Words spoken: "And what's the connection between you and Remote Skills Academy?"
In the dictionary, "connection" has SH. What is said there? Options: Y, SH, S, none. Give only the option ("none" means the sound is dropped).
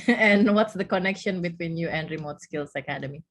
SH